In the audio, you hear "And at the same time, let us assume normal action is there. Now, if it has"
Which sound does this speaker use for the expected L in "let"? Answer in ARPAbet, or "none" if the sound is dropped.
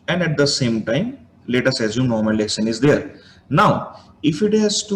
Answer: L